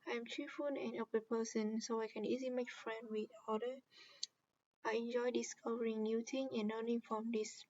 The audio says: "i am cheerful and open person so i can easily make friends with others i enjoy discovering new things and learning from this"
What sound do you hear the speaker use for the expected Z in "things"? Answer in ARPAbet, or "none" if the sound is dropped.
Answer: none